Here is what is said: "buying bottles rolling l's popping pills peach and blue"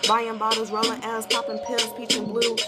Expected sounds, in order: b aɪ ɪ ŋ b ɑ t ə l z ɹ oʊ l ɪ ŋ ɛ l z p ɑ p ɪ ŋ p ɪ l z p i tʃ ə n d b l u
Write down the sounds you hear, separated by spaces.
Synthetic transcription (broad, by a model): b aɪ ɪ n b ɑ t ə z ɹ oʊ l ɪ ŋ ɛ z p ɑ p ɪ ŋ p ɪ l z p i tʃ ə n b l u